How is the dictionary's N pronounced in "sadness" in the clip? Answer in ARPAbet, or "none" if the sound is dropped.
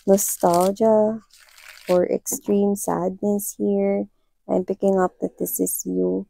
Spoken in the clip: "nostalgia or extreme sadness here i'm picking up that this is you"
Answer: N